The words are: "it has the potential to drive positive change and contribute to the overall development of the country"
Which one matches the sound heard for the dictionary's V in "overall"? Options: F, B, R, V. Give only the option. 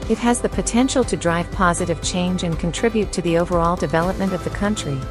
V